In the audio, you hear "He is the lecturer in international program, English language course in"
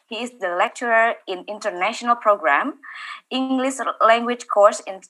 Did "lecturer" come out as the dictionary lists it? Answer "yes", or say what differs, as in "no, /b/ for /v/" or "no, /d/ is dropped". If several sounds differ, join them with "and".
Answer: yes